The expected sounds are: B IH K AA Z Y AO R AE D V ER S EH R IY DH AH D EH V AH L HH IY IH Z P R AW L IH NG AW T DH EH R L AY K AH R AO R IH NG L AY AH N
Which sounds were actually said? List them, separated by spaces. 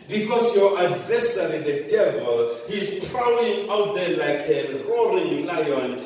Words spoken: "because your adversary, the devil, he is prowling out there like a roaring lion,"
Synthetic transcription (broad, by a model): B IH K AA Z Y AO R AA D V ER S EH R IY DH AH D EH V AH L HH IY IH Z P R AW IH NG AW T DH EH L AY K AH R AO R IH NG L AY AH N